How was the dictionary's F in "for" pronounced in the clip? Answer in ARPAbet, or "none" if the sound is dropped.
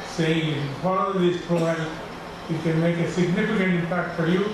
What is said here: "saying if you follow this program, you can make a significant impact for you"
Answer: F